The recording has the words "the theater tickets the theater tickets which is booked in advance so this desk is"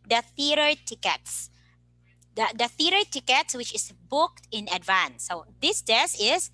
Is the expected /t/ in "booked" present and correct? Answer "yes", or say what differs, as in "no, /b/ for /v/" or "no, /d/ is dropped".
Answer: yes